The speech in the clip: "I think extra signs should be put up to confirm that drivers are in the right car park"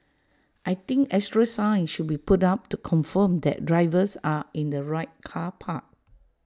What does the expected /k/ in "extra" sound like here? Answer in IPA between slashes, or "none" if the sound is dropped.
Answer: none